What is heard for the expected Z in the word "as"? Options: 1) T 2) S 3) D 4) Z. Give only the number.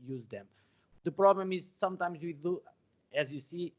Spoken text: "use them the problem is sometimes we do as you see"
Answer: 4